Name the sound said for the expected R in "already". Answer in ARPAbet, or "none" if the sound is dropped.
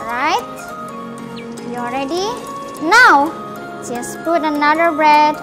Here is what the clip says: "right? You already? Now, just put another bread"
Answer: R